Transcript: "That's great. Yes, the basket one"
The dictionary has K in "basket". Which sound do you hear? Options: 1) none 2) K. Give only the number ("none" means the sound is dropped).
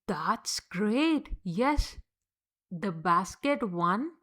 2